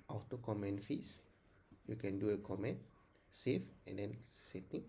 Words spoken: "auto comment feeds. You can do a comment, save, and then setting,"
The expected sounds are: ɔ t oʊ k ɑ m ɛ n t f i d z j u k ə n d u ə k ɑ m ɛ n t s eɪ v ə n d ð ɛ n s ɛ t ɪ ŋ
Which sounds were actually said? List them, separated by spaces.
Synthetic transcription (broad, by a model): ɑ t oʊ k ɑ m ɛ n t f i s j u k ə n d u ə k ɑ m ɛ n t s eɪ f ə n d ɛ n s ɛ t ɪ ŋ